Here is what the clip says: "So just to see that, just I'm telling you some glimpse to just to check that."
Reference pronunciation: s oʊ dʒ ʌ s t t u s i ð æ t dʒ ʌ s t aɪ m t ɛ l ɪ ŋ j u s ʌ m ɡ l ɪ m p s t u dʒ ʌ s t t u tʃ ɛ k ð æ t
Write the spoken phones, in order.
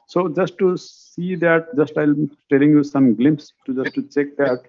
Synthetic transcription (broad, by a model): s oʊ dʒ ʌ s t t u s i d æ t dʒ ʌ s t aɪ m t ɛ l ɪ ŋ j u s ʌ m ɡ l ɪ m p s t u dʒ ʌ s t t u tʃ ɛ k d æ t